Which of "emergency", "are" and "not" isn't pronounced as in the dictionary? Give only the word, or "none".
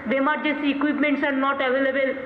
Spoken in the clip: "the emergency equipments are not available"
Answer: emergency